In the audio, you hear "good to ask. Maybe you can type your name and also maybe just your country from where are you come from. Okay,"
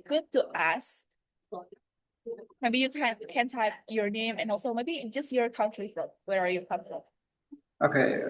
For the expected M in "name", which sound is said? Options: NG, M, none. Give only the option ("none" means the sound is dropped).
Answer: M